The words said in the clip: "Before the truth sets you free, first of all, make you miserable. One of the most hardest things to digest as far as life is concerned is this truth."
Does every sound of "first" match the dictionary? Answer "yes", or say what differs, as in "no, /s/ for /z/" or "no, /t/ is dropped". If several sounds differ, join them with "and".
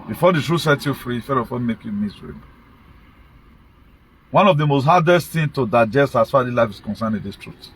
no, /s/ is dropped